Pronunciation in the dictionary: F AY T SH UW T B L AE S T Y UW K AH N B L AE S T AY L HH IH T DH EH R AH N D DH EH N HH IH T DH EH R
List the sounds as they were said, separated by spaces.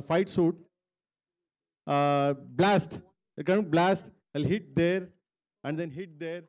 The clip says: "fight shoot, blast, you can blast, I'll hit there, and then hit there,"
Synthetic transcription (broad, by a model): F AY T S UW T B L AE S T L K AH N B L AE S T AY L HH IH T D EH R AH N D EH N HH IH T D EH R